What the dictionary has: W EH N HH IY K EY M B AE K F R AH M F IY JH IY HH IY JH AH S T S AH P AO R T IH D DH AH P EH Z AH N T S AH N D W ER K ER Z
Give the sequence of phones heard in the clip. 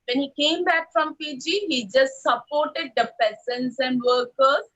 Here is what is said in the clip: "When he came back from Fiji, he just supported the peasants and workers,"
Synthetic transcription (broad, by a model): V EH N HH IY K EY M B AE K F R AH M P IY JH IY HH IY JH AH S T S AH P AO R T IH D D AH P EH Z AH N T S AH N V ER K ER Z